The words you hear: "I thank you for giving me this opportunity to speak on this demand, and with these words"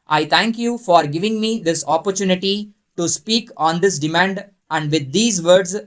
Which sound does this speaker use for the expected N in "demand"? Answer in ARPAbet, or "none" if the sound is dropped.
N